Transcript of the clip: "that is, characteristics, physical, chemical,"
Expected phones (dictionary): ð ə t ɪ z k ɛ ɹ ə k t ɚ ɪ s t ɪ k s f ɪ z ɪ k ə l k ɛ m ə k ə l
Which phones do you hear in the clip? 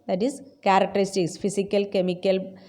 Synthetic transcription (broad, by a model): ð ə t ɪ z k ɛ ɹ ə k t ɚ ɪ s t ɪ k s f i s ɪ k ə l k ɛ m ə k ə l